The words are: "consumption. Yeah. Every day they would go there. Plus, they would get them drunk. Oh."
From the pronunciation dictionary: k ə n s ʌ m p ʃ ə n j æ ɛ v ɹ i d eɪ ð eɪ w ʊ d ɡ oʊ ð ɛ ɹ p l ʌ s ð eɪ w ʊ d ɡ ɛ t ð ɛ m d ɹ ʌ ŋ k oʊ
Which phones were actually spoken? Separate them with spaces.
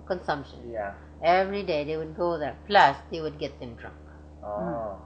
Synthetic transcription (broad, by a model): k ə n s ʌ m p ʃ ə n j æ ɛ v ɹ i d eɪ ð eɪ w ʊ d ɡ oʊ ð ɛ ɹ p l ʌ s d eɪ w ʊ d ɡ ɛ t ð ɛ m d ɹ ʌ ŋ k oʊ